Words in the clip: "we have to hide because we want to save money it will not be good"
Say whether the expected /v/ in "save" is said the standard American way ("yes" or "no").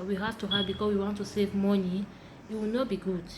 yes